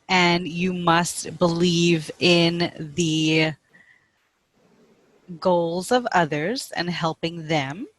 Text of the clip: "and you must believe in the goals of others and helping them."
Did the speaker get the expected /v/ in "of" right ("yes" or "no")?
yes